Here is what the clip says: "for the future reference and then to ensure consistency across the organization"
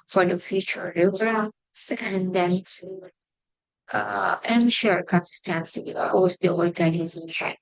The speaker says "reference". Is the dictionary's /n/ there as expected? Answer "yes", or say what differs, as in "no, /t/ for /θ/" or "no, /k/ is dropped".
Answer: no, /n/ is dropped